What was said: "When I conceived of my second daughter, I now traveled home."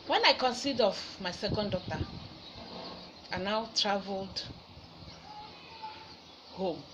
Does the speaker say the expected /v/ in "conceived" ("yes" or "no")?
no